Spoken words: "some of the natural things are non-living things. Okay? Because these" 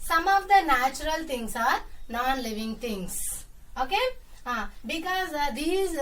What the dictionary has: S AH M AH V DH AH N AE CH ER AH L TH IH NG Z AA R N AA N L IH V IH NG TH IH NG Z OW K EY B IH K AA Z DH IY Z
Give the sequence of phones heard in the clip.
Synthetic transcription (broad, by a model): S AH M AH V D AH N AE CH ER AH L T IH NG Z AA R N AA N L IH V IH NG T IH NG S OW K EY B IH K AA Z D IY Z